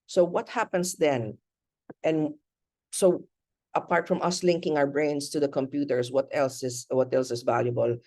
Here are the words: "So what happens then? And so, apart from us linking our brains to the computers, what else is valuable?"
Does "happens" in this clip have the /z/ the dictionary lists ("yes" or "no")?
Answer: no